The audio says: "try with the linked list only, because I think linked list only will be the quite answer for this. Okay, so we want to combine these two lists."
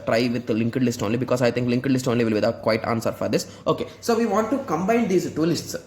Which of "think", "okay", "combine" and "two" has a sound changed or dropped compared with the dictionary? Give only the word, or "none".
think